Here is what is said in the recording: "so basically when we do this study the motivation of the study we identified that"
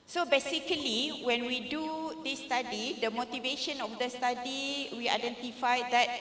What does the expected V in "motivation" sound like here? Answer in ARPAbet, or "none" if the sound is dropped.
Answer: V